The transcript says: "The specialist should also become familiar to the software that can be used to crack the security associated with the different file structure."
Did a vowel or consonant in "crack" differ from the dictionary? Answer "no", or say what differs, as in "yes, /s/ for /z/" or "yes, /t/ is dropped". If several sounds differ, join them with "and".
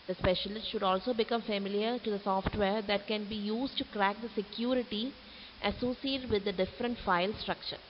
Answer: no